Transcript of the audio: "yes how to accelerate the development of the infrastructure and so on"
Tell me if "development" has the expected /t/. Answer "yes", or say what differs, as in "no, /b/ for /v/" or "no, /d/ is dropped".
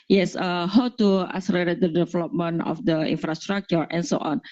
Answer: no, /t/ is dropped